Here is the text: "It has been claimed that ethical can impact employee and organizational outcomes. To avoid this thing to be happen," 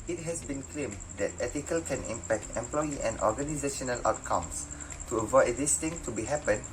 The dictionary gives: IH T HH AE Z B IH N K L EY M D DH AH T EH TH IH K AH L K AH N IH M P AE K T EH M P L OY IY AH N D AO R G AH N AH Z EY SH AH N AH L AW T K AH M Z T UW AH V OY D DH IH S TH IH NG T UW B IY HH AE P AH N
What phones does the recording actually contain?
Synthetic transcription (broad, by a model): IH T HH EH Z B IH N K L EY M D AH T EH T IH K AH L K AH N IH M P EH K T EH M P L OY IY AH N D AO G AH N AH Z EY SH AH N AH L AW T K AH M S T UW AH V OY D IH S T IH NG T UW B IY HH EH P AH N